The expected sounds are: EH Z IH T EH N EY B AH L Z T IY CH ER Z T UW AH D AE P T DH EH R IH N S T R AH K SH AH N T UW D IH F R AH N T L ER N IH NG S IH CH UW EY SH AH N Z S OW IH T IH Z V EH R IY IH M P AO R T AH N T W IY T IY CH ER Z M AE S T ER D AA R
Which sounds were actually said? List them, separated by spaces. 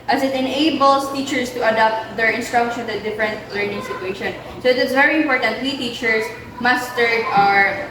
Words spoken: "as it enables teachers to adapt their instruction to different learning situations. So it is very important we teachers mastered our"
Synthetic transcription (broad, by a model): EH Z IH T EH N EY B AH L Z T IY CH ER S T UW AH D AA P T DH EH R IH N S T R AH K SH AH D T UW D IH F R AH N T L ER N IH NG S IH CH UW EY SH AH N S OW IH T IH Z V EH R IY IH M P AO R T AH N T W IY T IY CH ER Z M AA S S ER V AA R